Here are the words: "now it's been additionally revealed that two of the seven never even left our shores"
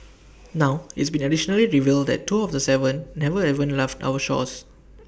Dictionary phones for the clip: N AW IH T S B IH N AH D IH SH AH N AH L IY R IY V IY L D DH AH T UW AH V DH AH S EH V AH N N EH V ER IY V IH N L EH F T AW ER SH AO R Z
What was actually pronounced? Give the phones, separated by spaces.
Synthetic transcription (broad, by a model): N AW IH T S B IH N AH D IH SH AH N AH L IY R IY V IY L D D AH T UW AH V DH AH S EH V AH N N EH V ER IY V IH N L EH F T AW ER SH AO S